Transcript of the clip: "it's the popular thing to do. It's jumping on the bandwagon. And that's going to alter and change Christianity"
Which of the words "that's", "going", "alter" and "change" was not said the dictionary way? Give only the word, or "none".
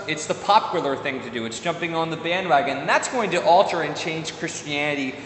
change